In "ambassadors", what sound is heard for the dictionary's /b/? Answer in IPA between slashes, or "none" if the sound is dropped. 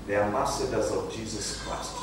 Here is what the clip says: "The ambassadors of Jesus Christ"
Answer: none